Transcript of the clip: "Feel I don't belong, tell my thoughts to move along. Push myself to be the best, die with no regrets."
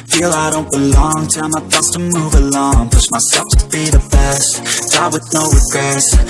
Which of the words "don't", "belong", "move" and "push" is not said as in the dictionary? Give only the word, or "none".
push